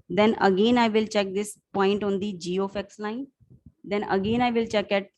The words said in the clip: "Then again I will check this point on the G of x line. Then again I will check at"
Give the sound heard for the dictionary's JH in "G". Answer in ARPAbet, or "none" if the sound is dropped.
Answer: JH